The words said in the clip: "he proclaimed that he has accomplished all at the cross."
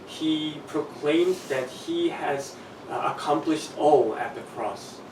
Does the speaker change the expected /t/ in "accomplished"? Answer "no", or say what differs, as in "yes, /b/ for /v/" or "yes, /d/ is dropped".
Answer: no